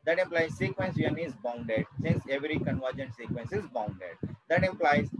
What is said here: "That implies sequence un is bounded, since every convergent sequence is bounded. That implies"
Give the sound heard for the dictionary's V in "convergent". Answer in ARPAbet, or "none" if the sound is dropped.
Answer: V